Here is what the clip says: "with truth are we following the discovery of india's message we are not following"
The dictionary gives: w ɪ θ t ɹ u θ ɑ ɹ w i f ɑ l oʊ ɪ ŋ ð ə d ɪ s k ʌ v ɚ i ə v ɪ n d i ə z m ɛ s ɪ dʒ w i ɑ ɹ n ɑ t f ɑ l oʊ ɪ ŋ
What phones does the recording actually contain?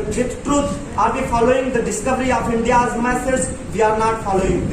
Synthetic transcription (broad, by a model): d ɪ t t ɹ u t ɑ ɹ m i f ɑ l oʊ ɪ ŋ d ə d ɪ s k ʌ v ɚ i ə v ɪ n d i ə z m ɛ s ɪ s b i ɑ ɹ n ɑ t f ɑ l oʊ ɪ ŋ